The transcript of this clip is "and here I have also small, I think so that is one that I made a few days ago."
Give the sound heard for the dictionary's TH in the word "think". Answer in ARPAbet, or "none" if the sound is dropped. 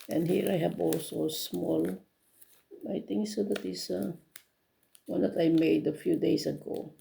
T